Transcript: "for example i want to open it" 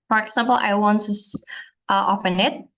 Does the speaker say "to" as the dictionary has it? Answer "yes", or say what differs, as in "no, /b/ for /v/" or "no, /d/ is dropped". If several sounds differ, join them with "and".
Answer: no, /s/ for /t/